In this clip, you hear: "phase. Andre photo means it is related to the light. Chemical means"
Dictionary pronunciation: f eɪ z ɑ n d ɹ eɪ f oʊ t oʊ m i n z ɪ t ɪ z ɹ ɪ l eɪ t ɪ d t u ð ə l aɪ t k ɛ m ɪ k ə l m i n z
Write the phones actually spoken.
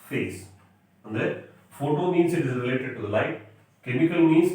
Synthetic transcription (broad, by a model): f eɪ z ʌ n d eɪ f oʊ t oʊ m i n s ɪ t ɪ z ɹ ɪ l eɪ t ɪ d t u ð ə l aɪ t k ɛ m ɪ k ə l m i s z